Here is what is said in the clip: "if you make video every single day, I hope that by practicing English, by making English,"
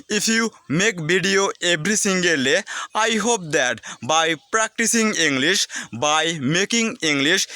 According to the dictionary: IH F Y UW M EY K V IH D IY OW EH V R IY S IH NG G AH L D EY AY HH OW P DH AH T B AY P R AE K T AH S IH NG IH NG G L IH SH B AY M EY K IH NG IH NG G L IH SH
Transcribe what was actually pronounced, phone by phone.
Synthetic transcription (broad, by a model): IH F Y UW M EY K B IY D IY OW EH B R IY S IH NG G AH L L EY AY HH OW P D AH T B AY P R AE K T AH S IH NG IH NG G L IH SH B AY M EY K IH NG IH NG G L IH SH